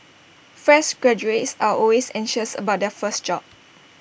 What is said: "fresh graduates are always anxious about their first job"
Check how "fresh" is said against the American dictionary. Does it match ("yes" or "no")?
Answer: no